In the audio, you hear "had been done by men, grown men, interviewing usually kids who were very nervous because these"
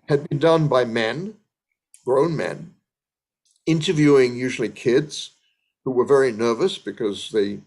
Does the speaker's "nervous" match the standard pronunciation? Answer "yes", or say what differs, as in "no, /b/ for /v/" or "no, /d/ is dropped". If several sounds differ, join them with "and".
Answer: yes